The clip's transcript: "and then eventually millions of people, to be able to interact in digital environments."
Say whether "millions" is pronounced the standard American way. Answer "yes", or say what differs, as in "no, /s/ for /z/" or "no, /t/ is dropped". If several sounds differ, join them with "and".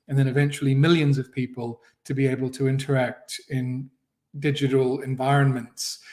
yes